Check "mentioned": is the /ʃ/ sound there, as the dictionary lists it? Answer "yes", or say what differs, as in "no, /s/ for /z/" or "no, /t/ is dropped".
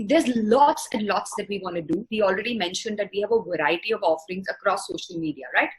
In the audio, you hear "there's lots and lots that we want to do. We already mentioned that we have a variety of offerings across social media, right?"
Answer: yes